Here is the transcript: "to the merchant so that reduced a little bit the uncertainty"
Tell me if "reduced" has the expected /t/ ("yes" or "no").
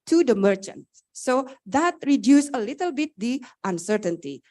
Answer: no